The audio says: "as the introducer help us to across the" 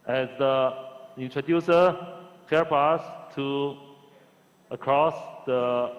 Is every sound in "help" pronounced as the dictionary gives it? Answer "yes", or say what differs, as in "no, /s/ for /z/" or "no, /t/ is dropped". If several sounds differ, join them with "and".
no, /l/ is dropped